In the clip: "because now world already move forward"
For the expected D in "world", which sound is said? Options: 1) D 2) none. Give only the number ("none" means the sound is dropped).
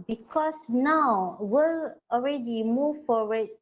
2